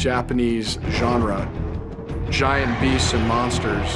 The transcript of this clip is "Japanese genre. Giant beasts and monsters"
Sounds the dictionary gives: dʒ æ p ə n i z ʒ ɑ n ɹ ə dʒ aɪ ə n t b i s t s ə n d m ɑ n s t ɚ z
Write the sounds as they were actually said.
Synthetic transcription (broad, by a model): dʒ æ p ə n i z ʒ ɑ n ɹ ə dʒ aɪ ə n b i s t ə n m ɑ n s t ɚ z